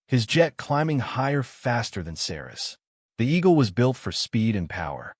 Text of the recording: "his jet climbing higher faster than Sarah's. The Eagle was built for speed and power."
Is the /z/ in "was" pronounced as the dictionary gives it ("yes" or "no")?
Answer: yes